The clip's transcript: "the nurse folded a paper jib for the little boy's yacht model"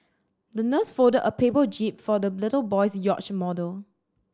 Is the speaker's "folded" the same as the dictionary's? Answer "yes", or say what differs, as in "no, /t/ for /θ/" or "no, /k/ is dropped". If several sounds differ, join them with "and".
no, /l/ is dropped